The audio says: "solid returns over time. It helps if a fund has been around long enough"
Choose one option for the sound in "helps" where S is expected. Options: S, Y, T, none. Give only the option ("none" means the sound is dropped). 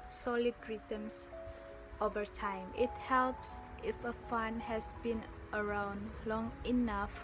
S